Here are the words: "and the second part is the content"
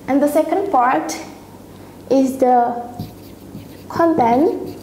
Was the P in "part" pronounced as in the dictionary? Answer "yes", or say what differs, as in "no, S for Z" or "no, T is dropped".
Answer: yes